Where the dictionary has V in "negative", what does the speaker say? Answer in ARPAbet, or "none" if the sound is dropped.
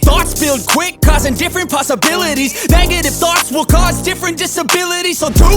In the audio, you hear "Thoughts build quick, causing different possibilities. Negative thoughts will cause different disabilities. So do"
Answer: F